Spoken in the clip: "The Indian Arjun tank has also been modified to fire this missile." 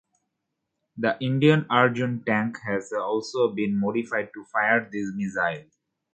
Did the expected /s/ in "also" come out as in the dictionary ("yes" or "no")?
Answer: yes